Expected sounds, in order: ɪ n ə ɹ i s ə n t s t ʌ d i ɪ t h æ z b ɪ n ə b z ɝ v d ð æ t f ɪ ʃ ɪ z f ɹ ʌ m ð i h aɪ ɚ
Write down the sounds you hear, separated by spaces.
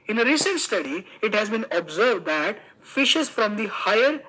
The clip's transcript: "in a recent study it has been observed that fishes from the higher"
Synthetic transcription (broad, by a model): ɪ n ə ɹ i s ə n t s t ʌ d i ɪ t h æ z b ɪ n ə b z ɝ v d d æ t f ɪ ʃ ɪ z f ɹ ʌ m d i h aɪ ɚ